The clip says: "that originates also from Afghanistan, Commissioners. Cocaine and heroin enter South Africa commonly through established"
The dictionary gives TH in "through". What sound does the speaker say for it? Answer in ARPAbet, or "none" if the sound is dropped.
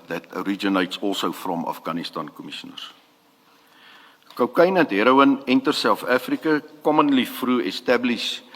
F